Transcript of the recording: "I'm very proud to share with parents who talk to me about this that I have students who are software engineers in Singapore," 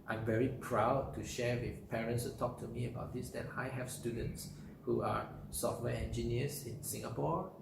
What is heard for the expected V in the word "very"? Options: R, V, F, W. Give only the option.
V